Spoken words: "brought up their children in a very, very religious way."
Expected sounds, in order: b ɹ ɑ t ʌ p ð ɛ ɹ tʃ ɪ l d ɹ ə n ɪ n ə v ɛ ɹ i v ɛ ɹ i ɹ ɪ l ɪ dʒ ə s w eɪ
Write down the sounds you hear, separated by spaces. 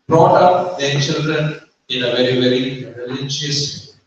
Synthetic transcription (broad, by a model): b ɹ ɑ t ʌ p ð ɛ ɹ tʃ ɪ l d ɹ ə n ɪ n ə v ɛ ɹ i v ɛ ɹ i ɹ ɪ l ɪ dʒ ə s